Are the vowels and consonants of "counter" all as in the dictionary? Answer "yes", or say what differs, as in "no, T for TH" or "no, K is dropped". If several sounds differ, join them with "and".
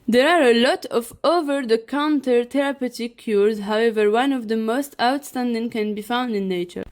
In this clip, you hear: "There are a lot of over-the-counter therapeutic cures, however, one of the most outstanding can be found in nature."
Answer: yes